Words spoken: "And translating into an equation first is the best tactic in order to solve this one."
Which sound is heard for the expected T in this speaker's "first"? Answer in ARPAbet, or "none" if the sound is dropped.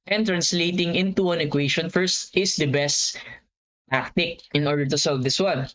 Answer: T